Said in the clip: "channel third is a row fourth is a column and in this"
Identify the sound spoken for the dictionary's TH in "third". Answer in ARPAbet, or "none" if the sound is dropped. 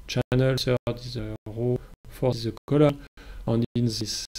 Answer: S